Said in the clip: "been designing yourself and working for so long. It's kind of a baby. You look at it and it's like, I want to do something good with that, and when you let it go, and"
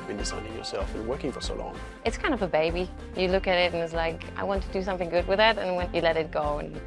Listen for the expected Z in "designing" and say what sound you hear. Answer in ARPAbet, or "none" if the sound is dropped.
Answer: S